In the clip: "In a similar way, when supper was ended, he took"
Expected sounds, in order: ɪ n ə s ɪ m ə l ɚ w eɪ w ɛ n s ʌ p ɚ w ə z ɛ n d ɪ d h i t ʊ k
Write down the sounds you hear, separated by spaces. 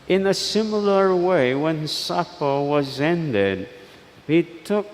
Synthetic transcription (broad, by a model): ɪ n ə s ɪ m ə l ɚ w eɪ w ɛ n s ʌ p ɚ w ə z ɛ n d ɪ d h i t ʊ k